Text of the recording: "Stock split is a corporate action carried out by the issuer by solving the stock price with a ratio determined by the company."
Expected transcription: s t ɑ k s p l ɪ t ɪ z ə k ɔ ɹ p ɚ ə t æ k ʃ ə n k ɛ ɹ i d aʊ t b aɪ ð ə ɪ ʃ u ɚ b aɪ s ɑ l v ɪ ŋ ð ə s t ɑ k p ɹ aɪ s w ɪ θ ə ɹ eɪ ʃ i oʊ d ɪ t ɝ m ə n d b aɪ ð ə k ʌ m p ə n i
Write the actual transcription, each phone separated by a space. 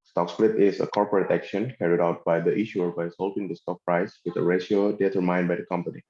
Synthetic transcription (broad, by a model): s t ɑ k s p l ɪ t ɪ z ə k ɔ ɹ p ɚ ə t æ k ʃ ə n k ɛ ɹ i d aʊ t b aɪ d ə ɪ ʃ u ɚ b aɪ s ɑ l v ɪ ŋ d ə s t ɑ k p ɹ aɪ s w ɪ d ə ɹ eɪ ʃ i oʊ d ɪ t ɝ m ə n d b aɪ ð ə k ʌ m p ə n i